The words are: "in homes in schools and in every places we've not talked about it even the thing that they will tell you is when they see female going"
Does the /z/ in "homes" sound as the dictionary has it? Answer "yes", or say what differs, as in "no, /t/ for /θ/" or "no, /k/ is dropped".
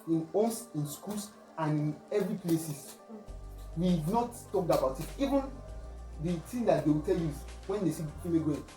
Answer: no, /s/ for /z/